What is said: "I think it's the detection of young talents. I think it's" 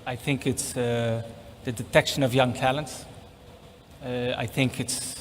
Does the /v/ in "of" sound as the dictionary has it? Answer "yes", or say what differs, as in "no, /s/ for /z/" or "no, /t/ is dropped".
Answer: yes